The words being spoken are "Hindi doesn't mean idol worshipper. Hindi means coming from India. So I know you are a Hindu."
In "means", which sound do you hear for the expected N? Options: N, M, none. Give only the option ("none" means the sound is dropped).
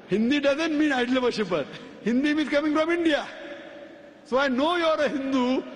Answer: none